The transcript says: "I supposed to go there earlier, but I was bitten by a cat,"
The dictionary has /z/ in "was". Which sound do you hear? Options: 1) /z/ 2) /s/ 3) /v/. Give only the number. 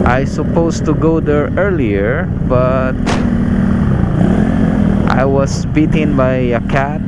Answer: 2